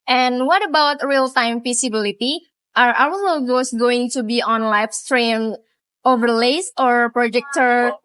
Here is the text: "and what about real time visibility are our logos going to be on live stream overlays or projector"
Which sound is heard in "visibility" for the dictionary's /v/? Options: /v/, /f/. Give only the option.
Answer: /f/